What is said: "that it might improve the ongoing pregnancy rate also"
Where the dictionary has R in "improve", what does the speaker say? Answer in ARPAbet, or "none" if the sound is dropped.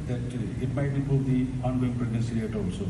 none